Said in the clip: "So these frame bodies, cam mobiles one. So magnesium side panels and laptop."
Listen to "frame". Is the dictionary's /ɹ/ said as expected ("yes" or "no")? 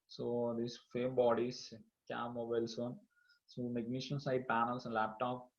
no